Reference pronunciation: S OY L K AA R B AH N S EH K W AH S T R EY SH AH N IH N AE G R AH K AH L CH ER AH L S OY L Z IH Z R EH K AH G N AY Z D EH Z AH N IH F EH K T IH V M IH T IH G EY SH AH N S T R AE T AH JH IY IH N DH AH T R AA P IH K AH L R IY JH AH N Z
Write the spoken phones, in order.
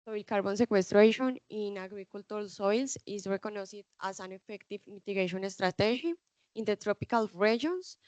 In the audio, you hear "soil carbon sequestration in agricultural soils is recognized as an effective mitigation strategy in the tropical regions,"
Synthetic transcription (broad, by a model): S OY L K AA R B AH N S EH K W AH S T R EY SH AH N IH N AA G R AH K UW L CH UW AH L S OY L S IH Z R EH K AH N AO S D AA S AH N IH F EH K T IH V M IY T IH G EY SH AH N S T R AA T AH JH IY IH N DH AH T R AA P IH K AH L R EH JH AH N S